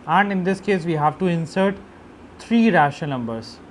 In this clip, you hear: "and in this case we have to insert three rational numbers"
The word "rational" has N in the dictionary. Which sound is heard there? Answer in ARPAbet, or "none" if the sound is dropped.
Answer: none